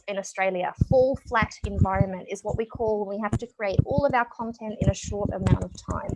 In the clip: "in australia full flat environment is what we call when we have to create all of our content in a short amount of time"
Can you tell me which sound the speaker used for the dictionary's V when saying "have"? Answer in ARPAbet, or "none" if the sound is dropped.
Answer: F